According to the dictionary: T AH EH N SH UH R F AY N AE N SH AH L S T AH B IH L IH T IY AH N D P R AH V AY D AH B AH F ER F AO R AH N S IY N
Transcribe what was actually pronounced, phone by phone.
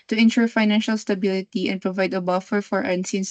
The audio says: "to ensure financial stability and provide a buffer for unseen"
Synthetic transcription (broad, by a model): T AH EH N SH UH R F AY N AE N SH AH L S T AH B IH L IH T IY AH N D P R AH V AY D AH B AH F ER F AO R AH N S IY N